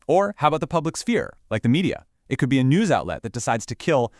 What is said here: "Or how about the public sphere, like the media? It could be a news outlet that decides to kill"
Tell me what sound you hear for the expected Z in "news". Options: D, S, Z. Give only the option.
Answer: Z